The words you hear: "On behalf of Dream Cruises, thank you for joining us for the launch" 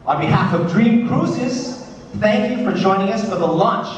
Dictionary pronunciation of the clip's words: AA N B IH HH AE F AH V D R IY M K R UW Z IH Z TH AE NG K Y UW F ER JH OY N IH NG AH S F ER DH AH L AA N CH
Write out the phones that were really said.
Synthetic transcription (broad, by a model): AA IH B IH HH AE F AH V D R IY M K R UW S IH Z TH AE NG K Y UW F ER JH OY N IH NG AH S F ER DH AH L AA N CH